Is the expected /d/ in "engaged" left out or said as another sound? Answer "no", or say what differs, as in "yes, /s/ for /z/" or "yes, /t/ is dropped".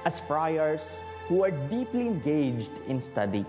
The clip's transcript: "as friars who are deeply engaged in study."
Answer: no